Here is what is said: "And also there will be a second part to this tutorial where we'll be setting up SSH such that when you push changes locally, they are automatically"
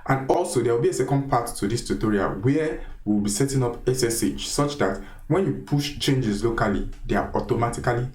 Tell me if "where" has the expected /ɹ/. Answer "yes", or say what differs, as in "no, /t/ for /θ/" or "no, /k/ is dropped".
no, /w/ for /ɹ/